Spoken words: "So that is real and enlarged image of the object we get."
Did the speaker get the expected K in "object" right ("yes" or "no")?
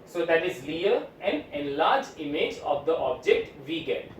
yes